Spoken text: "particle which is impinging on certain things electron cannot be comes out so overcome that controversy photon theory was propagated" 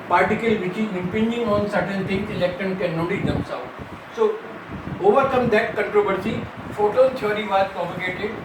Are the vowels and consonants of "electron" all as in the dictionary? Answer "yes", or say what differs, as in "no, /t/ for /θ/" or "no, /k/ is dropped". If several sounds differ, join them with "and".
no, /ɹ/ is dropped